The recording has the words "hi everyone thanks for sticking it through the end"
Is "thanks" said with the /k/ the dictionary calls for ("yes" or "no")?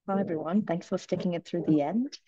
yes